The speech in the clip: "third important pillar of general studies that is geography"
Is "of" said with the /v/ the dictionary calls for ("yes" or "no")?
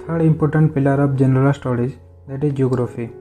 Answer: no